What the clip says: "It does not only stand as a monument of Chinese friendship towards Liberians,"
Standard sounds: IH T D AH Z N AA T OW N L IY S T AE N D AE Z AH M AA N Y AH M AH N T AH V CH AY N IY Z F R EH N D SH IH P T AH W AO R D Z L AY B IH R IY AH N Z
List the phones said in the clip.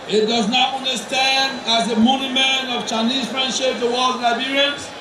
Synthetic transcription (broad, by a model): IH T D AH Z N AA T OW N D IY S T AE N D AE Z AH M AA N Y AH M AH N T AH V CH AY N IY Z F R EH N D SH IH P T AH W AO L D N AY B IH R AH N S